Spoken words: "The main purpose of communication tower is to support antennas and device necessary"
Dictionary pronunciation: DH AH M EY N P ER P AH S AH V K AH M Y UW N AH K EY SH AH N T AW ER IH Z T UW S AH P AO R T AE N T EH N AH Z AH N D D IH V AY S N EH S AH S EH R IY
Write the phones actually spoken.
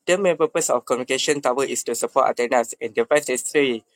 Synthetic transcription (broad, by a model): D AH M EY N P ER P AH S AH F K AH M Y UW N AH K EY SH AH N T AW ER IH S T UW S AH P AO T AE T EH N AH S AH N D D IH F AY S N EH S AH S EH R IY